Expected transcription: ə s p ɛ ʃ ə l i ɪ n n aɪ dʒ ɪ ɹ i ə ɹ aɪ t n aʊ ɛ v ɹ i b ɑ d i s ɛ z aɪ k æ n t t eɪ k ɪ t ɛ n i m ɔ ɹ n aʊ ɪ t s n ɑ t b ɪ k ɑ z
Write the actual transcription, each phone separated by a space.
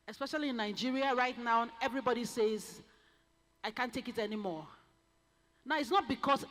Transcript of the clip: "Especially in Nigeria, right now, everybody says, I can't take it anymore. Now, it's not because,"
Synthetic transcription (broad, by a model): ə s p ɛ ʃ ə l i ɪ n n aɪ dʒ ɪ ɹ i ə ɹ aɪ t n aʊ ɛ v ɹ i b ɑ d i s ɛ z aɪ k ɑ n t t eɪ k ɪ t ɛ n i m ɔ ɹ n aʊ ɪ t s n ɑ t b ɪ k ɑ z